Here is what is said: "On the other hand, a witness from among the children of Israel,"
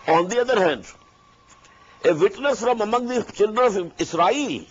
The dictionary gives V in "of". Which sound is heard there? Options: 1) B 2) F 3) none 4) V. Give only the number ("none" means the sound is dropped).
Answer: 2